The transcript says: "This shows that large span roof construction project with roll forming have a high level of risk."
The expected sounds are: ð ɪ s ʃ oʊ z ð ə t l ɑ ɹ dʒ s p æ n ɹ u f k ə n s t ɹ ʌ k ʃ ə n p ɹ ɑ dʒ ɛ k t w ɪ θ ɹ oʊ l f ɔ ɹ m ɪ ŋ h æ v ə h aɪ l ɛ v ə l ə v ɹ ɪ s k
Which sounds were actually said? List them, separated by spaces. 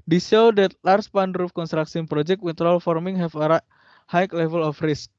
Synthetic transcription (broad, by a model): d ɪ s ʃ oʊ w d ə t l ɑ ɹ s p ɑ n ɹ u f k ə n s t ɹ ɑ k s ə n p ɹ ɑ dʒ ɛ k t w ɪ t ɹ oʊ l f ɔ ɹ m ɪ ŋ h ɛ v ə h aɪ l ɛ v ə l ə f ɹ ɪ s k